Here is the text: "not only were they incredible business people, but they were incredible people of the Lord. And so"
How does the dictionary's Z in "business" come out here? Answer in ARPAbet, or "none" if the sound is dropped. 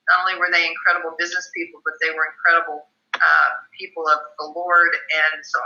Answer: Z